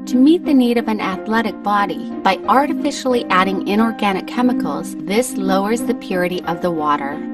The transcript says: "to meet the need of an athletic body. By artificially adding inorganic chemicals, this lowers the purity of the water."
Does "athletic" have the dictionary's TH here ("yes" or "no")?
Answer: yes